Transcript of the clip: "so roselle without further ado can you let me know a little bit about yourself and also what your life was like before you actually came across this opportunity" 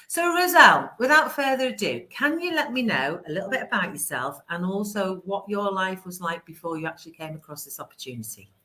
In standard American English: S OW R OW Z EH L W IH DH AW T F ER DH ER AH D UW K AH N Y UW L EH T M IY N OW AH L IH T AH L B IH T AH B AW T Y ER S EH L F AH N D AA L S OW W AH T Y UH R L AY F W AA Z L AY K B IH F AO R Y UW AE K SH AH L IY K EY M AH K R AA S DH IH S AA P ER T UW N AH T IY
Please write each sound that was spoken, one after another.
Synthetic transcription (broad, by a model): S OW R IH Z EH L W IH DH AW T F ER DH ER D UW K AH N Y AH L EH T M IY N OW AH L IH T L B IH T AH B AW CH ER S EH L F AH N AA L S OW W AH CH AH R L AY F W AA Z L AY K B IH F AO Y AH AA K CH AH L IY K EY M AH K R AA S DH IH S AA P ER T UW N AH T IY